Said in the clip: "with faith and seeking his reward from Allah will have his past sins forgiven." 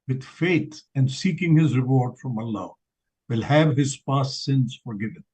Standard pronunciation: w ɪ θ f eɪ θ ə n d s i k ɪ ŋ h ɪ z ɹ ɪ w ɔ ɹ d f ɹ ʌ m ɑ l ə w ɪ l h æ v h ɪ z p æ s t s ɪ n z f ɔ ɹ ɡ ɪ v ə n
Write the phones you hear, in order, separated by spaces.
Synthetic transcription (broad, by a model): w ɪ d f eɪ t ə n d s i k ɪ ŋ h ɪ z ɹ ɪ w ɔ ɹ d f ɹ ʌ m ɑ l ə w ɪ l h æ v h ɪ z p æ s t s ɪ n z f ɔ ɹ ɡ ɪ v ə n